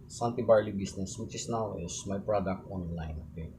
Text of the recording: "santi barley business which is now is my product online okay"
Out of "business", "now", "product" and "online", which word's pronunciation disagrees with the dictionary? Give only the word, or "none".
business